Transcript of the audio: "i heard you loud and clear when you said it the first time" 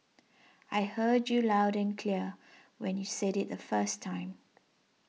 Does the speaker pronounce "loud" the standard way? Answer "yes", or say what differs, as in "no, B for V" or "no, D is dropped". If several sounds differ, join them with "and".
yes